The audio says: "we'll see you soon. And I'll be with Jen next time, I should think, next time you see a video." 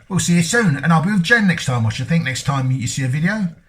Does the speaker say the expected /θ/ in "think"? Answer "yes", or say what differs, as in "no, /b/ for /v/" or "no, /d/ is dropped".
yes